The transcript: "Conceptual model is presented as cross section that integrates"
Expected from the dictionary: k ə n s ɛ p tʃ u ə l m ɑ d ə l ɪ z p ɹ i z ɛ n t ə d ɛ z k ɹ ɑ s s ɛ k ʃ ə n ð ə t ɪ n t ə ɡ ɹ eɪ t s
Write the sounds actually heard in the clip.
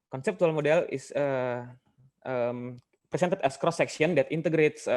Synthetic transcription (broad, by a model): k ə n s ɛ p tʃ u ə l m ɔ d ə l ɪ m p ɹ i s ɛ n t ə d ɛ s k ɹ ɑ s s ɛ k s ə n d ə t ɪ n t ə ɡ ɹ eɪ t s